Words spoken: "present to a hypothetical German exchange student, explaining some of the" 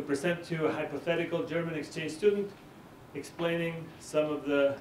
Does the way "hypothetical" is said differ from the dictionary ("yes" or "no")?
no